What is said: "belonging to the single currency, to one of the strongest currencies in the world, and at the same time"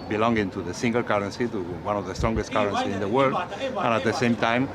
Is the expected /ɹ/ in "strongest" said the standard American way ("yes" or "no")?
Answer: yes